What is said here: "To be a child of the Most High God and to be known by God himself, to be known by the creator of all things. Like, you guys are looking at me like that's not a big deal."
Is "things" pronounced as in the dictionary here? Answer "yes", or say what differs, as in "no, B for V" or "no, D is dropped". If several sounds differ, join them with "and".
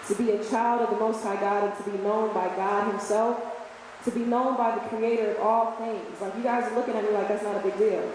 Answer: yes